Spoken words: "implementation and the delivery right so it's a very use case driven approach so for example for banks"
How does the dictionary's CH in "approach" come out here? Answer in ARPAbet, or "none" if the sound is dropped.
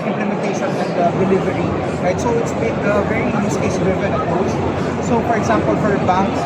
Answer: S